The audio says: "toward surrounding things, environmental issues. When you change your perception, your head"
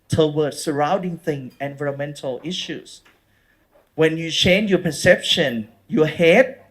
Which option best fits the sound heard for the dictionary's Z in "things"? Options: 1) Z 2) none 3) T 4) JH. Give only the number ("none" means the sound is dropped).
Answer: 2